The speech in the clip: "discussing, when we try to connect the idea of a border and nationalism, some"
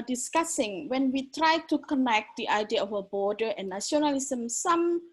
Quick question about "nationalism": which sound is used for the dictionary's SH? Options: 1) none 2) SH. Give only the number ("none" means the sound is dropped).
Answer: 1